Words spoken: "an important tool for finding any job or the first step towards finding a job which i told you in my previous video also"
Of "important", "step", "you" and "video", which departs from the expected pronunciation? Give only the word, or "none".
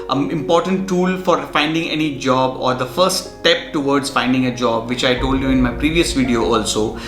none